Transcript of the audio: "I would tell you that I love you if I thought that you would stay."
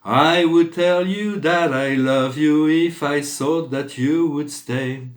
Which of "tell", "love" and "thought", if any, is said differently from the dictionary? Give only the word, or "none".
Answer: thought